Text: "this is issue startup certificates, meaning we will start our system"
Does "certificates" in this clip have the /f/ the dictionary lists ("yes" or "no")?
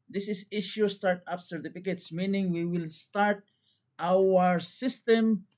no